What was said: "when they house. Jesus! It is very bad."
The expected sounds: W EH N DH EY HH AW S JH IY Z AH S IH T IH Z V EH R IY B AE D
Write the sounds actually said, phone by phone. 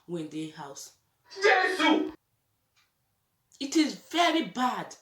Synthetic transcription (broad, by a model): W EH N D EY HH AW S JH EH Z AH IH T IH Z V EH R IY B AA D